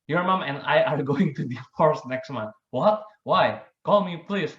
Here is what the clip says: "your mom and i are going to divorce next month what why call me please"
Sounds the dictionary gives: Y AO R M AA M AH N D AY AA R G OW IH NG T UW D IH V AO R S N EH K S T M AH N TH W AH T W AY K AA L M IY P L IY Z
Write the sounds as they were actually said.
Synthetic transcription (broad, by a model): Y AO R M AA M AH N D AY AA R G OW IH NG T UW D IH F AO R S N EH K S T M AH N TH W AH T W AY K AA L M IY P L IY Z